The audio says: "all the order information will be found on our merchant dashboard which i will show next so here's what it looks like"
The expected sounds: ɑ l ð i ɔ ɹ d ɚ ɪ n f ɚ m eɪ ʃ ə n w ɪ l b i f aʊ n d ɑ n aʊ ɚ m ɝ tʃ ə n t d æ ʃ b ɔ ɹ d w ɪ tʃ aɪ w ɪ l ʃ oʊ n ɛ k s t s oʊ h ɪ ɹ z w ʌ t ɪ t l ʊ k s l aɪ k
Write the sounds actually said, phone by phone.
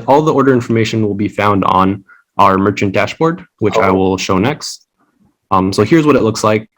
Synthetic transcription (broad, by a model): ɑ l ð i ɔ ɹ d ɚ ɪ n f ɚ m eɪ ʃ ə n w ɪ l b i f aʊ n d n aʊ ɚ m ɝ tʃ ə n t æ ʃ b ɔ ɹ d w ɪ tʃ aɪ w ɪ l ʃ oʊ n ɛ k s t s oʊ h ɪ ɹ z w ʌ t ɪ t l ʊ k s l aɪ k